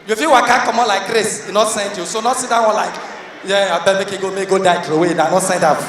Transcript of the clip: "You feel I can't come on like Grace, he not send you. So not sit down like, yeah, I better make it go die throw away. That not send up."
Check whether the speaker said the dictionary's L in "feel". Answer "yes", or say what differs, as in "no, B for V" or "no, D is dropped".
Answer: no, W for L